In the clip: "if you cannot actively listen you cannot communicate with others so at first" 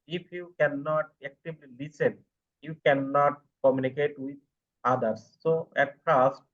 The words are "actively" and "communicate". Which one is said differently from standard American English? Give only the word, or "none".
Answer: actively